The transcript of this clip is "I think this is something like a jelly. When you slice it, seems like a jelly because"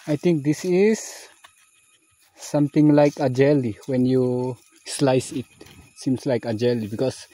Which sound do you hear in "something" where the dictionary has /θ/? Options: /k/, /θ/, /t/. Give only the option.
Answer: /t/